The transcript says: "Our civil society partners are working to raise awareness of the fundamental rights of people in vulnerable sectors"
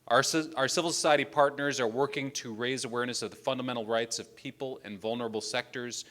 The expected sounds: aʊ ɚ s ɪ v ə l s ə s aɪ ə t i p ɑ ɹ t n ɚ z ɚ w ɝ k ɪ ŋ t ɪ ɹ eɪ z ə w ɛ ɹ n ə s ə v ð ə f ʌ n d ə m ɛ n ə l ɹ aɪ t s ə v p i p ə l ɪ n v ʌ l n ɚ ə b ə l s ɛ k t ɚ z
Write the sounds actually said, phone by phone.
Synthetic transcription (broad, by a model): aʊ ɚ s ɪ v l s ə s aɪ ə t i p ɑ ɹ t n ɚ z ɚ w ɝ k ɪ ŋ t ɪ ɹ eɪ z ə w ɛ ɹ n ə s ə v ð ə f ʌ n d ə m ɛ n l ɹ aɪ t s ə v p i p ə l ɪ n v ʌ l n ɚ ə b l s ɛ k t ɚ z